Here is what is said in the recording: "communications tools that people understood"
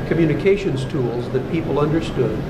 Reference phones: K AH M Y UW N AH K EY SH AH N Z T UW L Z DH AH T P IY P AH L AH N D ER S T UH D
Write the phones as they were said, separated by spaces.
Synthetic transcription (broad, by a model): K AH M Y UW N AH K EY SH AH N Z T UW L Z DH AH T P IY P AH L AH N D ER S T UH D